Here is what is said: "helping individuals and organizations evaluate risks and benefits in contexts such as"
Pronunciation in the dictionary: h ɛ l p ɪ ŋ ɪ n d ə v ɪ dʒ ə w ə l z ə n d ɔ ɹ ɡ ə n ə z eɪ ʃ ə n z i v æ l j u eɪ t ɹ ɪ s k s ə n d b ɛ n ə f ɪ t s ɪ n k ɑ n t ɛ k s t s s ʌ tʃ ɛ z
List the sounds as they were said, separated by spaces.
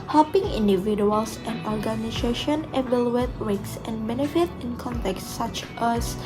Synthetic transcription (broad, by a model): h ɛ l p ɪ ŋ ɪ n d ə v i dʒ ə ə l s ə n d ɔ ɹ ɡ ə n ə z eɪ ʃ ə n i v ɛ l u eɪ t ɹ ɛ k s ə n b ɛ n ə f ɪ t ɪ n k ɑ n t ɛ k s s s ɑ tʃ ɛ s